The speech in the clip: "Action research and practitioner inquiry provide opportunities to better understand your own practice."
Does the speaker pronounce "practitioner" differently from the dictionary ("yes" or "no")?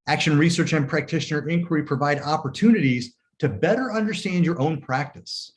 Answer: no